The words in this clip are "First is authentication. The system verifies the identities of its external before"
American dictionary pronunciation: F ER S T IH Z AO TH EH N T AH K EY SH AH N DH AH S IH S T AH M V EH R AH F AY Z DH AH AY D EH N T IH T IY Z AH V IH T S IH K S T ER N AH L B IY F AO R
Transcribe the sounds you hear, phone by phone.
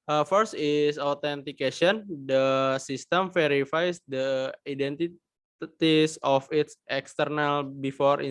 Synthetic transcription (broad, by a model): F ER S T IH S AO T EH N T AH K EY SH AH N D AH S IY S T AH M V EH R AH F AY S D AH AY D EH N T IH T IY S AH F IH T S IH K S T ER N AH L B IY F AO R